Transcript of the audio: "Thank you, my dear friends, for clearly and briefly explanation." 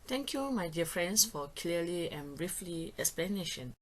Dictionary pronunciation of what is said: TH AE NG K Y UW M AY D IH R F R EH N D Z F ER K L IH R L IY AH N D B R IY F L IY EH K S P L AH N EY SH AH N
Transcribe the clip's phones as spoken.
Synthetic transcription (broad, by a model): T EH NG K Y UW M AY D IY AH F R EH N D S F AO K L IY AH L IY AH N B R IY F L IY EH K S P L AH N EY SH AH N